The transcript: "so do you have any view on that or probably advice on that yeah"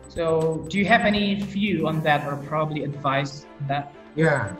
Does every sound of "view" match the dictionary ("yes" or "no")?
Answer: no